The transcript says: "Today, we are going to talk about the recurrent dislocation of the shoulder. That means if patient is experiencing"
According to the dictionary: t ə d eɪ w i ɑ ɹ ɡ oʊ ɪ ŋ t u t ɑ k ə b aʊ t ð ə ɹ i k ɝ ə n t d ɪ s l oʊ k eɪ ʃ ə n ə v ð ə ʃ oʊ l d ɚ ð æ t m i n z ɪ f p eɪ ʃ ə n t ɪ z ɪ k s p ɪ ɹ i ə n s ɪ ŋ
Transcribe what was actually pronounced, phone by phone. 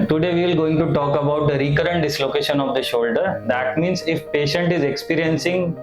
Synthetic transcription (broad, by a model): t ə d eɪ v i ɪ l ɡ oʊ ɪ ŋ t u t ɑ k ə b aʊ t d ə ɹ i k ɝ ə n t d ɪ s l oʊ k eɪ ʃ ə n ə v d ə ʃ oʊ l d ɚ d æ t m i n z ɪ f p eɪ ʃ ə n t ɪ z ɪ k s p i ɹ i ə n s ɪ ŋ